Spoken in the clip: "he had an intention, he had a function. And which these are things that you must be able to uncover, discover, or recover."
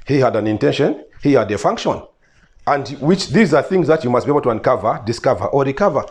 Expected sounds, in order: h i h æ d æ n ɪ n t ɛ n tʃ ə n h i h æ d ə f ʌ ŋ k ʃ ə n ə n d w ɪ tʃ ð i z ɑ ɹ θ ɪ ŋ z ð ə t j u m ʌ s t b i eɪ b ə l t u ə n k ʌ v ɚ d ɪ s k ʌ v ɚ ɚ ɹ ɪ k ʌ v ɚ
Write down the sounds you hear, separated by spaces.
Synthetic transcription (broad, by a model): h i h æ d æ n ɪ n t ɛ n ʃ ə n h i h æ d ə f ʌ ŋ k ʃ ə n ə n d w ɪ tʃ ð i z ɑ ɹ θ ɪ ŋ z ð ə t j u m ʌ s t b i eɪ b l t u ə n k ʌ v ɚ d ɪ s k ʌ v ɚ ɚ ɹ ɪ k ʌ v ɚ